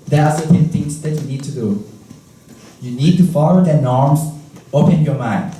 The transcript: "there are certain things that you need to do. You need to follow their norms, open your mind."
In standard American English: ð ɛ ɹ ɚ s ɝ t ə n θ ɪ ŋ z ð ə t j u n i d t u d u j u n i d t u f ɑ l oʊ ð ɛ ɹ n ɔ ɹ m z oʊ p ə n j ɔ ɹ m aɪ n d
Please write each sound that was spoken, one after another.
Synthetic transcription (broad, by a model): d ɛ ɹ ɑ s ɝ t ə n t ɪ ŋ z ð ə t j u n i d t u d u j u n i d t u f ɑ l oʊ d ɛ n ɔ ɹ m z oʊ p ə n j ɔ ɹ m aɪ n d